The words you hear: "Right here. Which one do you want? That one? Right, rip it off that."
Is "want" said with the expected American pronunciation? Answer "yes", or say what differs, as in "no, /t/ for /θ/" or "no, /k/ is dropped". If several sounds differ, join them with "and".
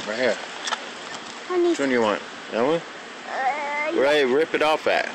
yes